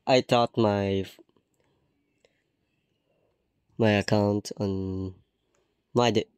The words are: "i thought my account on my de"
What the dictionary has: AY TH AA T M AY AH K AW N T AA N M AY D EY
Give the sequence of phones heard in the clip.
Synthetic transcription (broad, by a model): AY T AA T M AY AH K AW N T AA N M AY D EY